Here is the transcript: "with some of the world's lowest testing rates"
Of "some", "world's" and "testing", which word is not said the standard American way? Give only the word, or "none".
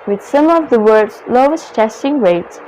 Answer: world's